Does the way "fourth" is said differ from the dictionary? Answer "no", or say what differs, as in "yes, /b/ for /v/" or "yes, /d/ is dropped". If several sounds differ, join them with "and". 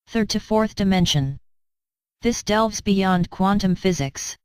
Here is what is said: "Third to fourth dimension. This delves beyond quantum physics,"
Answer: no